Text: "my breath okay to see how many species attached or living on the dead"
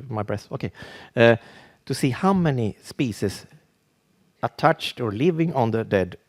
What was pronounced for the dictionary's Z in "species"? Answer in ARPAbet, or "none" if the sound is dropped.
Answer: S